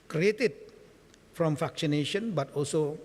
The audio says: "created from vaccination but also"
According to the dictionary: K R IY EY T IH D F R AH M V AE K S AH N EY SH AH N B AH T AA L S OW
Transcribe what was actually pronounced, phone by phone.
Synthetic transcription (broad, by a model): K R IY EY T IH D F R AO M F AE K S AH N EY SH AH N B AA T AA L S OW